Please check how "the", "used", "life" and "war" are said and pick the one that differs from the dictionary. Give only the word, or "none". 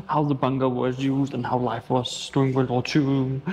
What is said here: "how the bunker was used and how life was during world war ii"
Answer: war